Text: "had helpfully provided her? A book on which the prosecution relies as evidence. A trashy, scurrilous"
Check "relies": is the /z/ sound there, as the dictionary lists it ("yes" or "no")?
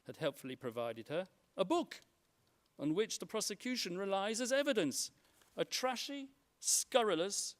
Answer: yes